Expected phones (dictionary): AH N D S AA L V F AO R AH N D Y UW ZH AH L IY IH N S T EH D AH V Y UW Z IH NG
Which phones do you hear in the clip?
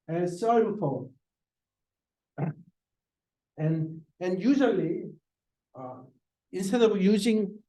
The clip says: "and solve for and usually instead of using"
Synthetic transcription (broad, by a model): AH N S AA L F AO L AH N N Y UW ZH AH L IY IH N S T EH D AH V Y UW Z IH NG